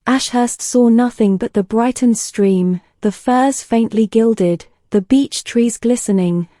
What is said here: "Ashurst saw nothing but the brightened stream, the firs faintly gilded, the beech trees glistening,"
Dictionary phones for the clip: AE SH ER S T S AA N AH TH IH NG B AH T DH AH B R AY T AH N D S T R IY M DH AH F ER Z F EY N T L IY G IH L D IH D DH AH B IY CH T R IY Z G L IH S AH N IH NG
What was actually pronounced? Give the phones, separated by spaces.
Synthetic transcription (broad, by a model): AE SH ER S T S AA N AH TH IH NG B AH T DH AH B R AY T N S T R IY M DH AH F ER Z F EY N T L IY G IH L D IH D DH AH B IY CH T R IY Z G L IH S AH N IH NG